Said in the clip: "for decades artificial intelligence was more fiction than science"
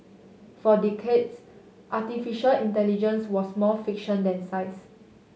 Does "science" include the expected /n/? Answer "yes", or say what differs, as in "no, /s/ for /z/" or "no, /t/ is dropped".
no, /n/ is dropped